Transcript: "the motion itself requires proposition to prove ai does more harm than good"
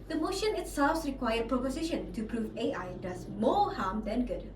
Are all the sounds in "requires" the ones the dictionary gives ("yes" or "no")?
no